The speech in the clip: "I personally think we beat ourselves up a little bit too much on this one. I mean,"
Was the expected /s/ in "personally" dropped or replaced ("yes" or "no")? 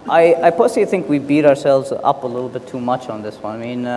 yes